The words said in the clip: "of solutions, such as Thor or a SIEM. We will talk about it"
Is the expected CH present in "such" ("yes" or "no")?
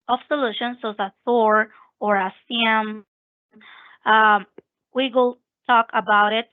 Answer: no